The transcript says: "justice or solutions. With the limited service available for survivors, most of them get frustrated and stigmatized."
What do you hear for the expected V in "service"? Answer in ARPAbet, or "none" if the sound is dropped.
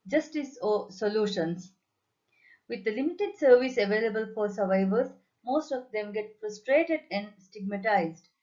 V